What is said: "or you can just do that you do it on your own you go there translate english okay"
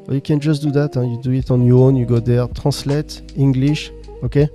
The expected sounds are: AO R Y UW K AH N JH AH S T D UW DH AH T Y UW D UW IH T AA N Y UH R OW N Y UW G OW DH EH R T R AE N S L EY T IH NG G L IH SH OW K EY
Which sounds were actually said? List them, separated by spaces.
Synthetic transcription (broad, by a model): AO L Y UW K AH N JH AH S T D UW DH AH T Y UW D UW IH T AA N Y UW OW N Y UW G OW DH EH R T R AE S L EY T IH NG G L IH SH OW K EY